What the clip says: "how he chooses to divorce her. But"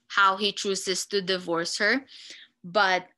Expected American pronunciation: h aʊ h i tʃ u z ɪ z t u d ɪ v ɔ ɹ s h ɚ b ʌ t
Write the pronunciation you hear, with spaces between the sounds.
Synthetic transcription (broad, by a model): h aʊ h i tʃ u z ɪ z t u d ɪ v ɔ ɹ s h ɚ b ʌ t